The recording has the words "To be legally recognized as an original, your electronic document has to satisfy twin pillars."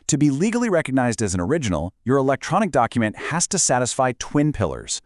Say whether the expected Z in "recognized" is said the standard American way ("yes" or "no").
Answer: yes